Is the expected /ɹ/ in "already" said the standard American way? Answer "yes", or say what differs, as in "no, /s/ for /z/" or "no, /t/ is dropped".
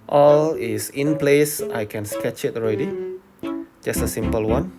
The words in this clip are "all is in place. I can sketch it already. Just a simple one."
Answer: yes